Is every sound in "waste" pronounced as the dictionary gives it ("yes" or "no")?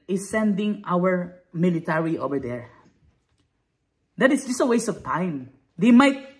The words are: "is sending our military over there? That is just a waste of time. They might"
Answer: no